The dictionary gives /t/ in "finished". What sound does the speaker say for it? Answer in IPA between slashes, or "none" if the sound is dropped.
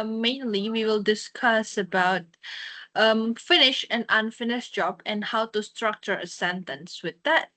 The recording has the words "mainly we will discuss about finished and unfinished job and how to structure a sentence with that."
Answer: none